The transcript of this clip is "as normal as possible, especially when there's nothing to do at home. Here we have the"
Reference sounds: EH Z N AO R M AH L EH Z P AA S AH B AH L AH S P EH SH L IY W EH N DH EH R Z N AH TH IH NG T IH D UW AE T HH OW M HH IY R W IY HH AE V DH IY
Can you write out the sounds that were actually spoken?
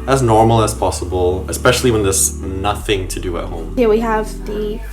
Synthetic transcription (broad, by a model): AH Z N AO R M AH L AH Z P AA S AH B AH L AH S P EH SH L IY W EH N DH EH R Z N AH TH IH NG T IH D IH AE T HH OW M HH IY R W IY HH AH V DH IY